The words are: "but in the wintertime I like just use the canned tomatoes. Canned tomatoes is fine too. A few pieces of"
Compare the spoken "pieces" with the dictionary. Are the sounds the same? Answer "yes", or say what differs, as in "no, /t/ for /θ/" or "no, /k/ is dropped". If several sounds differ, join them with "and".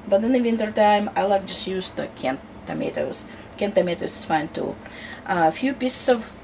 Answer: no, /s/ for /z/